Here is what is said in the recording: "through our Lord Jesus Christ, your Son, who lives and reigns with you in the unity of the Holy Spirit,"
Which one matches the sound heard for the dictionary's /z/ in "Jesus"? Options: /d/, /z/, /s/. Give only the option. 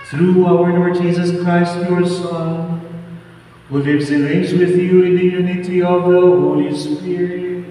/z/